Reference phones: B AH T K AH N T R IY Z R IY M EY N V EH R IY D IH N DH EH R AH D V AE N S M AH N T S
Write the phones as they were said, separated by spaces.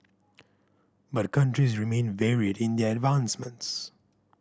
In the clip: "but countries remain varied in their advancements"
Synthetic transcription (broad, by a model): B AH T K AH N T R IY Z R IY M EY N V EH R IY D IH N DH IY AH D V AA N S M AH N T S